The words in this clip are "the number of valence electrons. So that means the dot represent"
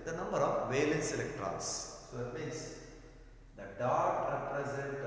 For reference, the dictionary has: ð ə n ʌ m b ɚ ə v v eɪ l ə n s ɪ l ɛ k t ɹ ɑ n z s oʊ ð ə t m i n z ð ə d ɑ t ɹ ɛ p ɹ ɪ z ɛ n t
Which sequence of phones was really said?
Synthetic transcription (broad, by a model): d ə n ʌ m b ɚ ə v v eɪ l ə n s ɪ l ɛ k t ɹ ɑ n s s oʊ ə t m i n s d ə d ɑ t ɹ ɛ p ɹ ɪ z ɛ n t